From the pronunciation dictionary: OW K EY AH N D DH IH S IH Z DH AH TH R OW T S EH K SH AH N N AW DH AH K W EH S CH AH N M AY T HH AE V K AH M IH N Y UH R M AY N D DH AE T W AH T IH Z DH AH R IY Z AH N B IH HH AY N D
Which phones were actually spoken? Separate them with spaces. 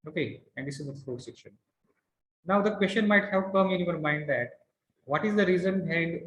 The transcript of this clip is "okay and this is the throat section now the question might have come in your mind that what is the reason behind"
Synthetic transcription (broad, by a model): OW K EY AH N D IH S IH Z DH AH F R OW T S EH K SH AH N N AW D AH K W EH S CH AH N M AY T HH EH P K AH M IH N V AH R M AY N D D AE T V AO T IH Z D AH R IY Z AH N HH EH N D